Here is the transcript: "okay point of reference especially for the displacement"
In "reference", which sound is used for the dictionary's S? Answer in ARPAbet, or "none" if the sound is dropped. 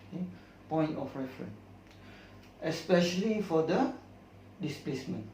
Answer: none